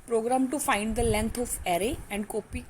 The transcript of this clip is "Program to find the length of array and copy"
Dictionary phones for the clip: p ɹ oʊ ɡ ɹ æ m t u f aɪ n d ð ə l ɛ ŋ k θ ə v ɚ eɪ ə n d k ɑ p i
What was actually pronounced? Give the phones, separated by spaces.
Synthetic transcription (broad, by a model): p ɹ oʊ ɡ ɹ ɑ m t u f aɪ n d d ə l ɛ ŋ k t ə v ɚ eɪ ə n d k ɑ p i